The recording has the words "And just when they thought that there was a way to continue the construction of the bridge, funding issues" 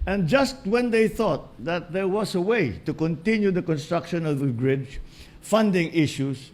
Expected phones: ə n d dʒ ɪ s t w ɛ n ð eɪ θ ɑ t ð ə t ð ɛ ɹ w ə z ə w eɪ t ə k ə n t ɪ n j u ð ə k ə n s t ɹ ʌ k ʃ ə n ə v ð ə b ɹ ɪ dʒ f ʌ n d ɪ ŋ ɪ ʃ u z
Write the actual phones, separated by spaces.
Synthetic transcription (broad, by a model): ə n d dʒ ɪ s t w ɛ n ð eɪ θ ɑ t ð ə t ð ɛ ɹ w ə s ə w eɪ t ə k ə n t ɪ n j u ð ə k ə n s t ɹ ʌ k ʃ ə n ə v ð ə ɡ ɹ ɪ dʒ f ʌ n d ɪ ŋ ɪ ʃ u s